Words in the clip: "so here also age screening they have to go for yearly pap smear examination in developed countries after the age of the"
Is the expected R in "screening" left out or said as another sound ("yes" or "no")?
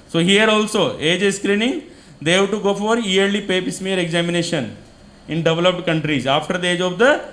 no